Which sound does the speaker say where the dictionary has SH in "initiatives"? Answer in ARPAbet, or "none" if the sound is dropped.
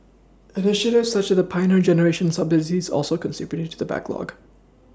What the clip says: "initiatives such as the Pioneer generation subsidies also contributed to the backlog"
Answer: SH